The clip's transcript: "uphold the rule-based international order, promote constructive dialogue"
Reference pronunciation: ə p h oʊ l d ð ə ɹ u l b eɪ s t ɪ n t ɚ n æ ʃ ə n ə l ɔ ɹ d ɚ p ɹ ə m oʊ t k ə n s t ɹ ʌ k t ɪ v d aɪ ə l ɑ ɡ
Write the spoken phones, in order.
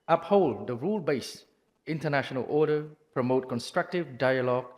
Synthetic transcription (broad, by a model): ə p h oʊ l d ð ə ɹ u l b eɪ s ɪ n t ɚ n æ ʃ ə n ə l ɔ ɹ d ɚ p ɹ ə m oʊ t k ə n s t ɹ ʌ k t ɪ v d aɪ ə l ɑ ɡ